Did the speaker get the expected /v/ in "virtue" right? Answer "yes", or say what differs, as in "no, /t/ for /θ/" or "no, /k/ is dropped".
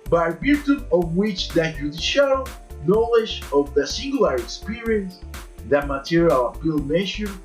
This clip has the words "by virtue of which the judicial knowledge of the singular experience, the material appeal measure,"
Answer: no, /b/ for /v/